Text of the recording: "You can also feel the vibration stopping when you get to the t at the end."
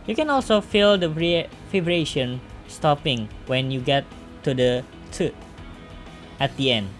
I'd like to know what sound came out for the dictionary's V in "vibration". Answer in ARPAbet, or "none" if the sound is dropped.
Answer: F